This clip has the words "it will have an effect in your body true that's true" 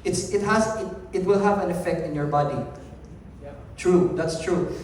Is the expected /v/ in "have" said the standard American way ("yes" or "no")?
yes